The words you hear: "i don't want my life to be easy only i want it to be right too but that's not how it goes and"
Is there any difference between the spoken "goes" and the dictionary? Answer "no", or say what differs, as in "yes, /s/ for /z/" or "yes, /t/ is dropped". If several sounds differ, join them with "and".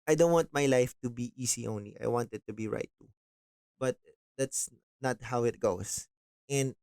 yes, /s/ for /z/